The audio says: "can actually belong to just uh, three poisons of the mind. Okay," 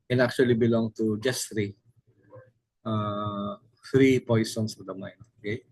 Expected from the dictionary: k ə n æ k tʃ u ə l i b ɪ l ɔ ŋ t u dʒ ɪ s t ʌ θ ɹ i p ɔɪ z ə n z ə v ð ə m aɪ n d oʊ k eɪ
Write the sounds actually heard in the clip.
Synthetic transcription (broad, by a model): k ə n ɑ k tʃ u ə l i b ɪ l ɔ ŋ t u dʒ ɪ s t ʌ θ ɹ i p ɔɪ s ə n s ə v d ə m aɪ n oʊ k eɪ